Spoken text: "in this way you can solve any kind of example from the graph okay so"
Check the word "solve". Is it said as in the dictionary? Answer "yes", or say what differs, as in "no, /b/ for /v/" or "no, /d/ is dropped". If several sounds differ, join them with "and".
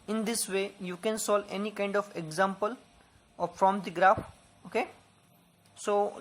no, /v/ is dropped